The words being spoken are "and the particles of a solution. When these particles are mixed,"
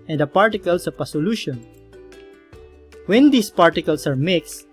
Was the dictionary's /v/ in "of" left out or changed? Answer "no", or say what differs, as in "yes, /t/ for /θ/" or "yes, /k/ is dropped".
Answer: yes, /p/ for /v/